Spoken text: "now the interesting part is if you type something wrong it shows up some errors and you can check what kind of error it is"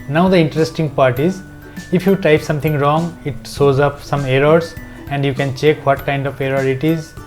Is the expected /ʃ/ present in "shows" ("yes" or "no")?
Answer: no